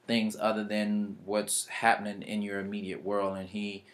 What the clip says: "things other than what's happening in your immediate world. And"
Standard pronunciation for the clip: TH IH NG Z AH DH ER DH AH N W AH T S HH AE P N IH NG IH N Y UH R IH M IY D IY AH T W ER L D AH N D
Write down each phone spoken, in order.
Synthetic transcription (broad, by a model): TH IH NG Z AH DH ER DH AH N W AH T S HH AE P N IH NG IH N Y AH R IH M IY D IY AH T W ER L D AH N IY